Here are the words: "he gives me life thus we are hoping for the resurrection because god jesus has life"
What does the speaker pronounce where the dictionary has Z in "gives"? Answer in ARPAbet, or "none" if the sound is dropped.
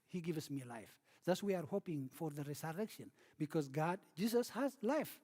S